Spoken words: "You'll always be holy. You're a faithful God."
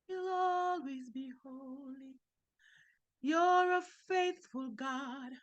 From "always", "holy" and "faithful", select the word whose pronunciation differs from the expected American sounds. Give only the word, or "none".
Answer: none